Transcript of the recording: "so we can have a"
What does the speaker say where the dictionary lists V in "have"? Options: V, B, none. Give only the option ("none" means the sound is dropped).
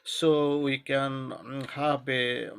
B